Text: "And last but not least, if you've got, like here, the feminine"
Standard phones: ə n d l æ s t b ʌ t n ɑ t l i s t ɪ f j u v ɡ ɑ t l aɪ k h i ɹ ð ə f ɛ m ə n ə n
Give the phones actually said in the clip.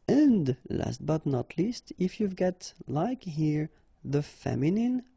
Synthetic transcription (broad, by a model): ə n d l æ s t b ʌ t n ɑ t l i s t ɪ f j u v ɡ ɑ t l aɪ k h i ɹ ð ə f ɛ m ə n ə n